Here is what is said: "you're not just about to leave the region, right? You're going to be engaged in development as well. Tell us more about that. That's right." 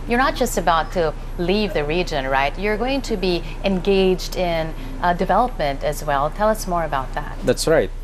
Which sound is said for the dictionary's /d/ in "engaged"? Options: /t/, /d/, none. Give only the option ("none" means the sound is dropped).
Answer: /d/